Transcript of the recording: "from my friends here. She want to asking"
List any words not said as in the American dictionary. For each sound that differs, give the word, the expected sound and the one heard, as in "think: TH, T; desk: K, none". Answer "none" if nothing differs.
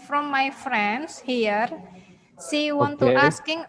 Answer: friends: Z, S; she: SH, S